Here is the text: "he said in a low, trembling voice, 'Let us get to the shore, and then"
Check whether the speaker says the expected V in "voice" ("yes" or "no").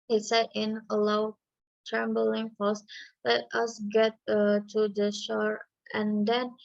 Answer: no